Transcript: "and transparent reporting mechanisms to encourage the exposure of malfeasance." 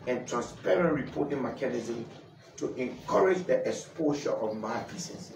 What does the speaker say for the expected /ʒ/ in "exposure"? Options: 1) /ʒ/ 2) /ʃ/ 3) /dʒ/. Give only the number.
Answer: 2